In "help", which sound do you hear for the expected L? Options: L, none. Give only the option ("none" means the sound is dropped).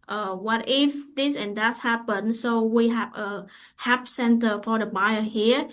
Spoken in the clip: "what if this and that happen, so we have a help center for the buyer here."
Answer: none